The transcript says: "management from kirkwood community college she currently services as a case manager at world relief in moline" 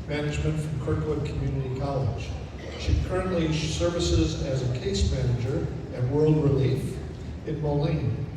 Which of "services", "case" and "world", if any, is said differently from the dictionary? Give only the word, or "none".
none